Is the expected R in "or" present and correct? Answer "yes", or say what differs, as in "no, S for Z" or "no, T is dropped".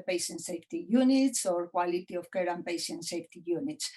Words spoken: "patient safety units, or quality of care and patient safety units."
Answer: yes